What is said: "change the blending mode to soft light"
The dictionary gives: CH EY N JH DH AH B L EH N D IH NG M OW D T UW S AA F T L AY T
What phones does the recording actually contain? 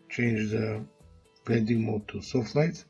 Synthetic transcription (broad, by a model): CH EY N JH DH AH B EH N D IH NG M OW T UW S AA F T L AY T